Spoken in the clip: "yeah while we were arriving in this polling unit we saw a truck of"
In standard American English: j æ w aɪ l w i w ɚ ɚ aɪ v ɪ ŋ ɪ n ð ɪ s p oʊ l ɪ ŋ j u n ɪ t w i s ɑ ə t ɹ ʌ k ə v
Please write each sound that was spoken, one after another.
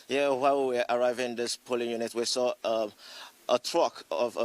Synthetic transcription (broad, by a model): j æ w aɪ w w i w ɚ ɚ aɪ v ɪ ɪ n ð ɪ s p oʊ l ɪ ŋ j u n ɪ t w i s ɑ ə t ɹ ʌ k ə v